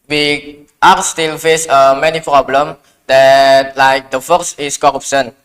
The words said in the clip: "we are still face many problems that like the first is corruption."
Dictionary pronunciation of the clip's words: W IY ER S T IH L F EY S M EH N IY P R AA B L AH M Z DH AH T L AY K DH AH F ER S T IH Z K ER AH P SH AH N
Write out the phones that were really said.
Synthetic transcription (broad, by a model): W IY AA S T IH L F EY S M EH N IY P R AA B L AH M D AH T L AY K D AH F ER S IH S K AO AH P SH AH N